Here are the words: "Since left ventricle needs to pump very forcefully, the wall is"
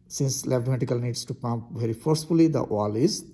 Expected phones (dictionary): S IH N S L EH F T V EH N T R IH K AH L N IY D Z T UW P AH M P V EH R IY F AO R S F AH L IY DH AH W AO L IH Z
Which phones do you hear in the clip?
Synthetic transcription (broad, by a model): S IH N S L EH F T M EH T IH K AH L N IY D S T UW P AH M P V EH R IY F AO R S F AH L IY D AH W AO L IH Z